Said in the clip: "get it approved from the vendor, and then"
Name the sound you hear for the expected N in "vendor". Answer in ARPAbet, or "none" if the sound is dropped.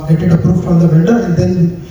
none